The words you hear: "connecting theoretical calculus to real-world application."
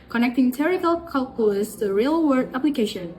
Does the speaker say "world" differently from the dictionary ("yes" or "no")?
yes